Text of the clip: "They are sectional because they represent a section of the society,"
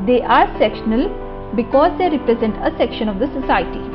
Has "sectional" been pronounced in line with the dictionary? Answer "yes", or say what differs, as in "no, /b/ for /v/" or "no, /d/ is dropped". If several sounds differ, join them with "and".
yes